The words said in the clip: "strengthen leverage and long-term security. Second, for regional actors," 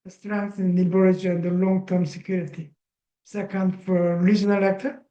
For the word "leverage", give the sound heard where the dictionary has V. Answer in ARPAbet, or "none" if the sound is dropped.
none